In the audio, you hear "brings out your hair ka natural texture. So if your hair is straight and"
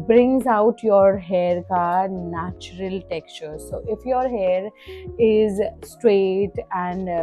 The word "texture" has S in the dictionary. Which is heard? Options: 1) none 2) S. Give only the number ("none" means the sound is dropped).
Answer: 2